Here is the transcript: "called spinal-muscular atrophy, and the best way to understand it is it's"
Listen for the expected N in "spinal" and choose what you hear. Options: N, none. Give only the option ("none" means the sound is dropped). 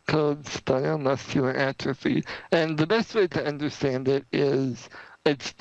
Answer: none